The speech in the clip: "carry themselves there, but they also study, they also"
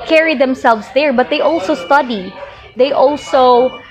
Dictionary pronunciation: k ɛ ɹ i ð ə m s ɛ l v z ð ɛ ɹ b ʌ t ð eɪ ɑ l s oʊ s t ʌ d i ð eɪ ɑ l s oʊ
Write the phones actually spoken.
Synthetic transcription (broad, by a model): k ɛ ɹ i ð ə m s ɛ l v s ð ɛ ɹ b ʌ t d eɪ ɑ l s oʊ s t ʌ d i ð eɪ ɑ l s oʊ